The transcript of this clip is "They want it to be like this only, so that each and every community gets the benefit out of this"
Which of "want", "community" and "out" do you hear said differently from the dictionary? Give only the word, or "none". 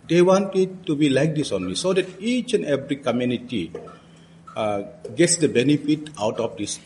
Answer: none